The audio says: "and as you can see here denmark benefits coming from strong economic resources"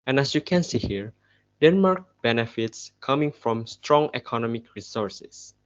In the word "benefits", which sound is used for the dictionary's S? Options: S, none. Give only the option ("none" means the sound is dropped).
S